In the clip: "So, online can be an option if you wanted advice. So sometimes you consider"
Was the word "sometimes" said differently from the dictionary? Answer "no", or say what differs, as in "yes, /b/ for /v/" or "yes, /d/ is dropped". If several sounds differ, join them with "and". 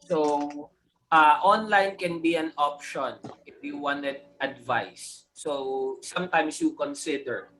yes, /s/ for /z/